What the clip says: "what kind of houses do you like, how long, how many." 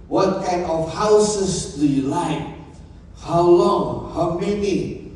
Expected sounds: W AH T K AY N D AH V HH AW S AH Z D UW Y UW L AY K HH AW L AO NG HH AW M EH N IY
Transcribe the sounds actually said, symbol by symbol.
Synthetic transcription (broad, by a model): W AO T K AY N AH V HH AW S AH S D UW Y UW L AY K HH AW L AO NG HH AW M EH N IY